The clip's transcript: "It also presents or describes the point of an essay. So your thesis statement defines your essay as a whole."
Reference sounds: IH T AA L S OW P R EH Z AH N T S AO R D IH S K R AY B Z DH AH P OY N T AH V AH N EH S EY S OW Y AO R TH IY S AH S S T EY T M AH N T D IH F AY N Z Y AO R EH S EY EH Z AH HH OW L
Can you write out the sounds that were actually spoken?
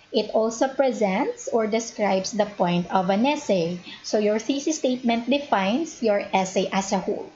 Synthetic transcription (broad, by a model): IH T AA L S OW P R EH Z AH N T S AO R D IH S K R AY B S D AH P OY N T AH V AH N EH S EY S OW Y AO R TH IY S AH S S T EY T M AH N T D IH F AY N S Y AO R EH S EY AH S AH HH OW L